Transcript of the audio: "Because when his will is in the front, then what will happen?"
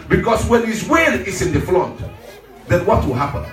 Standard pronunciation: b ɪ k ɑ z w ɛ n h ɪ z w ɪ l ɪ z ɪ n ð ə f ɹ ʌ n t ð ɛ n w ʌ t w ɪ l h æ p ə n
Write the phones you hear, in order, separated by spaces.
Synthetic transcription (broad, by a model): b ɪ k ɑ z w ɛ n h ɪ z w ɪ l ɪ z ɪ n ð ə f l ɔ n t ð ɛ n w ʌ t w ɪ l h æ p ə n